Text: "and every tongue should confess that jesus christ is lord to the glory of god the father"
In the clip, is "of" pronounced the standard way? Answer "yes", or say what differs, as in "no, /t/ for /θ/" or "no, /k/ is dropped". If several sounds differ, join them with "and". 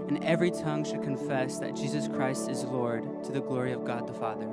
yes